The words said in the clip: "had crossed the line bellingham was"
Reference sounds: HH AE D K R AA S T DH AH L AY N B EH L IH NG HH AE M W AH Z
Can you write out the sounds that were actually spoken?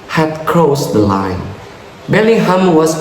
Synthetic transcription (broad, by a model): HH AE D K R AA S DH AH L AY N B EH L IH HH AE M W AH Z